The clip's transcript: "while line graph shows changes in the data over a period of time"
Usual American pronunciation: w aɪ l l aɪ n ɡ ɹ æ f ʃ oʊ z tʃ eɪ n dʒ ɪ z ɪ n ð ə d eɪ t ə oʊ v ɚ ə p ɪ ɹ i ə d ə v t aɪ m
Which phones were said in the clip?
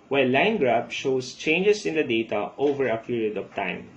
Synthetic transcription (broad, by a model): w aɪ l l aɪ n ɡ ɹ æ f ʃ oʊ s tʃ eɪ n dʒ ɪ s ɪ n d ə d eɪ t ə oʊ v ɚ ə p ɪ ɹ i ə d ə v t aɪ m